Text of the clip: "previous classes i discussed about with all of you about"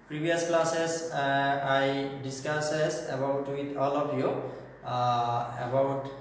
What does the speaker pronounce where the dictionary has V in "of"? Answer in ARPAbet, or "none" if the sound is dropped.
P